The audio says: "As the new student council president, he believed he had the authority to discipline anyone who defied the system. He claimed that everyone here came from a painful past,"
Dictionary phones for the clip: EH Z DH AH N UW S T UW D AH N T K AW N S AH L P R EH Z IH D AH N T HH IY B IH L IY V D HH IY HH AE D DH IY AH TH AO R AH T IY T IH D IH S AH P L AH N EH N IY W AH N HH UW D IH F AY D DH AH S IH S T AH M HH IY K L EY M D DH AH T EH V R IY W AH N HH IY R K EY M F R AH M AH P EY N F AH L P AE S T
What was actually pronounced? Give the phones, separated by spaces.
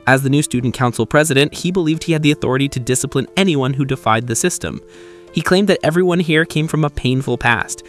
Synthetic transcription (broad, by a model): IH Z DH AH N UW S T UW D N K AW N S L P R EH Z IH D AH N T HH IY B IH L IY V D HH IY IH D DH IY AH TH AO R AH T IY T IH D IH S AH P L AH N EH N IY W AH N HH UW D IH F AY D DH AH S IH S T AH M HH IY K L EY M DH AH T EH V R IY W AH N HH IY R K EY M F R AH M AH P EY N F L P AE S T